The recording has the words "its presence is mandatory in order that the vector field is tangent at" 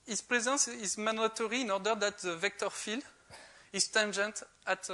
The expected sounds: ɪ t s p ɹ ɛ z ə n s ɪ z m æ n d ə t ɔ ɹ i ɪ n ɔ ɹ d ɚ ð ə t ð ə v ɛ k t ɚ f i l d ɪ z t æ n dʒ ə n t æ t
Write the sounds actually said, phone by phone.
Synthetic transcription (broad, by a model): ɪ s p ɹ ɛ z ə n s ɪ z m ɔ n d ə t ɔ ɹ i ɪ n ɔ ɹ d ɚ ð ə t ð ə v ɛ k t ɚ f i l ɪ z t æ n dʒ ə n t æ t